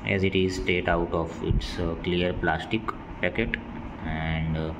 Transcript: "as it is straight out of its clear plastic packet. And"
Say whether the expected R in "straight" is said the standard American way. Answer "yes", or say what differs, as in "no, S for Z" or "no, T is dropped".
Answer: no, R is dropped